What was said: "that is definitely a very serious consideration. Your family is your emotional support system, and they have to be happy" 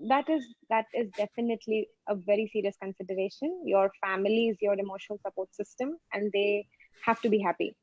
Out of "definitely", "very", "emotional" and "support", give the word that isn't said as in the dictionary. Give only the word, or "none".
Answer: emotional